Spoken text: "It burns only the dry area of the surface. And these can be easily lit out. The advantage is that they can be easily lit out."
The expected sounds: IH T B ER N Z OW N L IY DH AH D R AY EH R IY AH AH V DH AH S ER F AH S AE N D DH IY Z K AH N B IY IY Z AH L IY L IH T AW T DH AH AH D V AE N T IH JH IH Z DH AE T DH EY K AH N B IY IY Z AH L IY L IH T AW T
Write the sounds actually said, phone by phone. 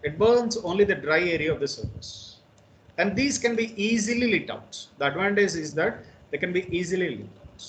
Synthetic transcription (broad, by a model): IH T B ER N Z OW N L IY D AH D R AY EH R IY AH AH V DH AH S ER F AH S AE N D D IY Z K AH N B IY IY Z AH L IY L IH T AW T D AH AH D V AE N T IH Z IH Z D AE T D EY K AH N B IY IY Z AH L IY L IH T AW T